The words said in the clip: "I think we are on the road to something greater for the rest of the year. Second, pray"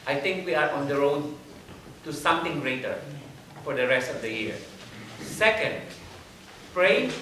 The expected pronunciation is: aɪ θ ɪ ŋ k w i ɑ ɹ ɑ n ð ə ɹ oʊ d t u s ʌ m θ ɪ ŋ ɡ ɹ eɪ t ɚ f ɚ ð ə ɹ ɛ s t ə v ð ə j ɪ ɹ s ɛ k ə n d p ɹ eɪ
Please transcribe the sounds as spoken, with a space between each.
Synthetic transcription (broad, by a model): aɪ t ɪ ŋ k w i ɑ ɹ ɑ n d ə ɹ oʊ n t u s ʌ m t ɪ ŋ ɡ ɹ eɪ t ɚ f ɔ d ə ɹ ɛ s t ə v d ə j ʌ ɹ s ɛ k ə n d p ɹ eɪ